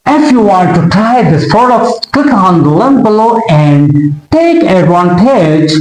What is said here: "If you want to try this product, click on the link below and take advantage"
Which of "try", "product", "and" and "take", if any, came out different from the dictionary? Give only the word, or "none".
product